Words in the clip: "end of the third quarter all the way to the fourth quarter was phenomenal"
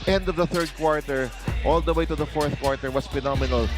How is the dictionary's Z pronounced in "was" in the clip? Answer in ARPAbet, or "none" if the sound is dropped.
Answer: S